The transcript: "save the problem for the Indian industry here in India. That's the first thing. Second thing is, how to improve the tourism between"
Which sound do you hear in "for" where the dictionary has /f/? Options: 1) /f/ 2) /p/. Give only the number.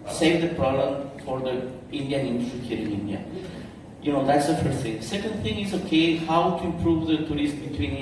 1